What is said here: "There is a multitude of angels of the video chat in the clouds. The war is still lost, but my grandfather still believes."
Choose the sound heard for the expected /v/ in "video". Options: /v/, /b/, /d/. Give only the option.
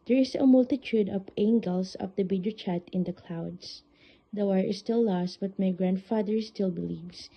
/b/